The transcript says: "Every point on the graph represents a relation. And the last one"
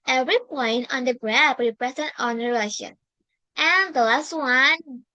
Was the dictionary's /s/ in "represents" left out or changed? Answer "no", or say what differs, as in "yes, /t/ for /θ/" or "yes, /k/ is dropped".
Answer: yes, /s/ is dropped